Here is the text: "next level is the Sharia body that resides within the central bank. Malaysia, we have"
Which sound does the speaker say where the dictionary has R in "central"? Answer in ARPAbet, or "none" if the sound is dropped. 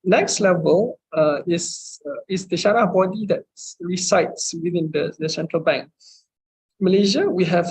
R